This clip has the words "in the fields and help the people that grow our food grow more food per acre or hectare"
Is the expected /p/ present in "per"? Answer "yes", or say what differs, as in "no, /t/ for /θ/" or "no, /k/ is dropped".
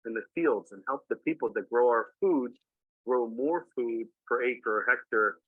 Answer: no, /f/ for /p/